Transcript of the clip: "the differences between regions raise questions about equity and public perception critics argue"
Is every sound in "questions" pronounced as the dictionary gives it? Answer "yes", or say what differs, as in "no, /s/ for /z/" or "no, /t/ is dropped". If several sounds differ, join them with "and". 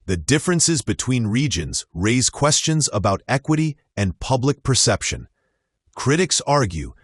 yes